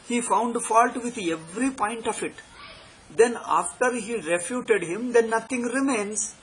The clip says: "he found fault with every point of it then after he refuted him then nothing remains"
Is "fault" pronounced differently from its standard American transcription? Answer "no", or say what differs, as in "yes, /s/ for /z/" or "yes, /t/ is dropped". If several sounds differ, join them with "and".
no